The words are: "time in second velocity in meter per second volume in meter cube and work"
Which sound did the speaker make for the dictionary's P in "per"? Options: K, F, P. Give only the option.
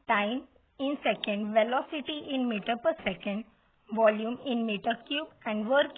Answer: P